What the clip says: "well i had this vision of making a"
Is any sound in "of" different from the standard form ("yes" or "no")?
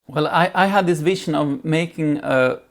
no